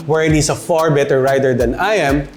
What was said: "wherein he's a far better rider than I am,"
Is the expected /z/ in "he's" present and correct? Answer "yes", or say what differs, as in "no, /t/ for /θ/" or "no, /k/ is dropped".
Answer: no, /s/ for /z/